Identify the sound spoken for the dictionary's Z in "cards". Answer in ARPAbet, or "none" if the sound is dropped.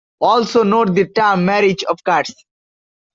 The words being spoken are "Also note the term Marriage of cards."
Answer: S